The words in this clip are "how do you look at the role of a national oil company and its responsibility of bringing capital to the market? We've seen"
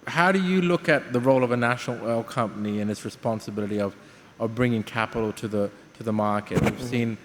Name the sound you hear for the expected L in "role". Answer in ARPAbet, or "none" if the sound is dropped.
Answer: L